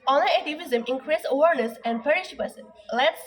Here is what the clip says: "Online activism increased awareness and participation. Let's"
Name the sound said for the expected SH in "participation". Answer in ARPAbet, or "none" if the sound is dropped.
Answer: S